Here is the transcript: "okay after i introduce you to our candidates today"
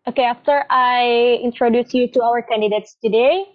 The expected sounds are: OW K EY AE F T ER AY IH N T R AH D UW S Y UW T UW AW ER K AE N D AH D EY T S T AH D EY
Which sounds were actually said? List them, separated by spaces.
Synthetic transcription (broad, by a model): OW K EY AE F T ER AY IH N T R AH D UW S Y UW T UW AW ER K AE N D AH D EY T S T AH D EY